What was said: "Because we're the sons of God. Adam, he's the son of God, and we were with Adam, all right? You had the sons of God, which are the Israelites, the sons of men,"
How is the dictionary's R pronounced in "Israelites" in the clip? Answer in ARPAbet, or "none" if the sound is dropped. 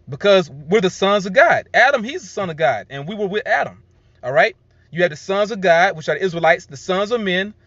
R